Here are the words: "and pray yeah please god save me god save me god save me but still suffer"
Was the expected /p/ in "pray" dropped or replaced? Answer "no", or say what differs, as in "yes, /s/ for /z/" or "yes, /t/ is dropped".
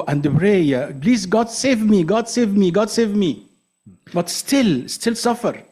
yes, /b/ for /p/